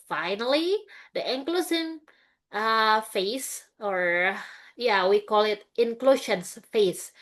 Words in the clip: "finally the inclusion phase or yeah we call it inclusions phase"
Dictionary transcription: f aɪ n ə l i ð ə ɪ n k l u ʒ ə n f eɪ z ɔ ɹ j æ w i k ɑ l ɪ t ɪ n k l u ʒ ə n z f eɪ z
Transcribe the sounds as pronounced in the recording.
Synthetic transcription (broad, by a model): f aɪ n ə l i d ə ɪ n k l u s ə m f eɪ s ɔ ɹ j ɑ w i k ɑ l ɪ t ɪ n k l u ʃ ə n s f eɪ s